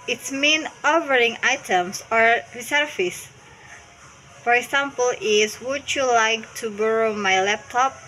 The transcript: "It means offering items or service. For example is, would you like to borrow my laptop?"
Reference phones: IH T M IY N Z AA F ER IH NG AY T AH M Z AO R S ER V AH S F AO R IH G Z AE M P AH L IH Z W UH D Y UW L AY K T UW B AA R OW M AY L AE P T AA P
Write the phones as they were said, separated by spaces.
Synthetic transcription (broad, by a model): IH T M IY N AA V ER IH NG AY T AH M S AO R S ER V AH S F AO R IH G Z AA M P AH L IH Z W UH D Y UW L AY K T UW B AA R OW M AY L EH P T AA P